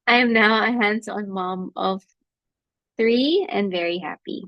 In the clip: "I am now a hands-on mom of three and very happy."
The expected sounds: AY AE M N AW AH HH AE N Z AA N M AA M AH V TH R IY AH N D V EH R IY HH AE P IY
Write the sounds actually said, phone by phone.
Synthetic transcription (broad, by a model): AY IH M N AW AH HH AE N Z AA N M AA M AH V TH R IY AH N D V EH R IY HH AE P IY